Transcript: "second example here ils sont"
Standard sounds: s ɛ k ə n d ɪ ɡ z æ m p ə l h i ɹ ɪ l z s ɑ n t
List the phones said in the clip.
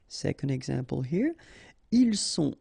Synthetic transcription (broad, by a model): s ɛ k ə n d ɪ ɡ z æ m p ə l h i ɹ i l s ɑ